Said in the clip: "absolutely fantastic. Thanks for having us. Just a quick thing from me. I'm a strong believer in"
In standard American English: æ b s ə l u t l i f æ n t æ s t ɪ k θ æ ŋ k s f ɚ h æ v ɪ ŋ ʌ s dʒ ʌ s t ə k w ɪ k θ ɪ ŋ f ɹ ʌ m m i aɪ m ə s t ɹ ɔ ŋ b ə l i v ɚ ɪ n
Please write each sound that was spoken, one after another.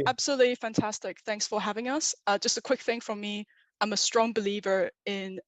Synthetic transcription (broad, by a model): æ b s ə l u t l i f æ n t æ s t ɪ k θ æ ŋ k s f ɚ h æ v ɪ ŋ ʌ s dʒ ʌ s t ə k w ɪ k θ ɪ ŋ f ɹ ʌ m m i aɪ m ə s t ɹ ɔ ŋ b ə l i v ɚ ɪ n